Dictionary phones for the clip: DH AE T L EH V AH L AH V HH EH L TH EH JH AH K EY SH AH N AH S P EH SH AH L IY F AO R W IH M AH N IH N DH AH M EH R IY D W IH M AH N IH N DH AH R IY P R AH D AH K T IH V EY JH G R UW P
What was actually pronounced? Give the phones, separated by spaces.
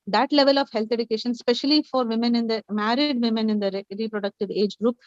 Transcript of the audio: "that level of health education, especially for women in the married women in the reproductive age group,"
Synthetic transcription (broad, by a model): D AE T L EH V AH L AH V HH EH L T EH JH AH K EY SH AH N S P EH SH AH L IY F AO R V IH M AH N IH N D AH M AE R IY D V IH M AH N IH N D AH R IY P R AH D AH K T IH V EY JH G R UW P